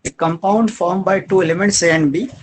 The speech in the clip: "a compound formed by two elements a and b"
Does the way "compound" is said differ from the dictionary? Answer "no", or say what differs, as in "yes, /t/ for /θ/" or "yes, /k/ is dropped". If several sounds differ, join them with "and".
no